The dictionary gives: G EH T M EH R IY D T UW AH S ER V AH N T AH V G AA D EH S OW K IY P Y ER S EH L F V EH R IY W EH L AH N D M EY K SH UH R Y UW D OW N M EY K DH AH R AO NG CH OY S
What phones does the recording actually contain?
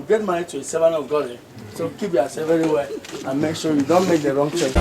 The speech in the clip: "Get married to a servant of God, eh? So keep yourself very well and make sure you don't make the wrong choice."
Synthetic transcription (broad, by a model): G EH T M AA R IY T UW AH S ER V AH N AH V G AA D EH S OW K IY P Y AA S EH V EH R IY W EH L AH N M EY K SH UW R Y UW D OW N M EY K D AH R AO NG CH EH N